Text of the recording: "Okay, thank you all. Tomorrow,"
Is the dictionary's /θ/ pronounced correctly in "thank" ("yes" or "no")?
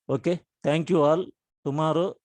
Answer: no